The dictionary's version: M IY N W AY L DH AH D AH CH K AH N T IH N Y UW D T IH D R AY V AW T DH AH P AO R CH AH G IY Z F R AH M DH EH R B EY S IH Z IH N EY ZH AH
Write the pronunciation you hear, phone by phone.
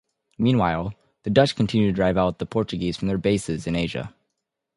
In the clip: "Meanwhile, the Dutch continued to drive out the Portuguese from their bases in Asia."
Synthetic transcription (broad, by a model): M IY N W AY L DH AH D AH CH K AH N T IH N Y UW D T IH D R AY V AW T DH AH P AO R CH AH G IY Z F R AH M DH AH R B EY S IH Z IH N EY ZH AH